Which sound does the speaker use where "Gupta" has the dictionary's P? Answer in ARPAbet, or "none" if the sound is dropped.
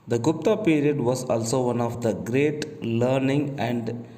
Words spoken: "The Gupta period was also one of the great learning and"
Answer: P